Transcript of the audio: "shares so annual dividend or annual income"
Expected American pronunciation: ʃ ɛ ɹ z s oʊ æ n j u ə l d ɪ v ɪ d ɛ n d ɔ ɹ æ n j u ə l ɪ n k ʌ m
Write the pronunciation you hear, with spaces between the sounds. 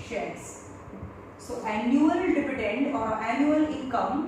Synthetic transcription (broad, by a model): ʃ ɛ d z s oʊ æ n j u ə l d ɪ p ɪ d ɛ n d ɔ ɹ æ n j u ə l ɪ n k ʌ m